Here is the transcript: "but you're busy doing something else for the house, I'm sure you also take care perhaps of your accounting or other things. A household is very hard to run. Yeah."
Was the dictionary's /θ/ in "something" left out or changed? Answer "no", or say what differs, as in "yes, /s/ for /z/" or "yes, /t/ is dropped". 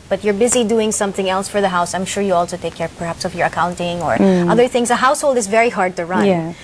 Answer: no